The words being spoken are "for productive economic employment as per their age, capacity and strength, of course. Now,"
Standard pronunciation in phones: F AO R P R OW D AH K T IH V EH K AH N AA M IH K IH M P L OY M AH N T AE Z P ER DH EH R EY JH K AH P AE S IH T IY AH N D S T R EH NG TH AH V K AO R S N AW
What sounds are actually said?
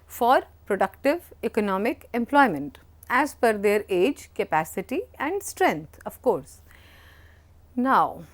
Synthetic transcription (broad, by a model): F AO R P R OW D AH K T IH V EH K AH N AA M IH K IH M P L OY M AH N T AE Z F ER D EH R EY JH K AH P AE S IH T IY AH N D S T R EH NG T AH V K AO R S N AW